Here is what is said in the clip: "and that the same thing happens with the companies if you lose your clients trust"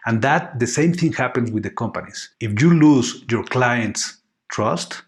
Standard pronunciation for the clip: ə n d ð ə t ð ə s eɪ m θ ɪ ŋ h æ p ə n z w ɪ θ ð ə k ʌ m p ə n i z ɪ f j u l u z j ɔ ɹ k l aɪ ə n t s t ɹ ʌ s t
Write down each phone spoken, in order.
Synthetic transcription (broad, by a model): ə n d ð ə t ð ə s eɪ m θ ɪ ŋ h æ p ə n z w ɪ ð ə k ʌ m p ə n i s ɪ f j u l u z j ɔ ɹ k l aɪ ə n t s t ɹ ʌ s t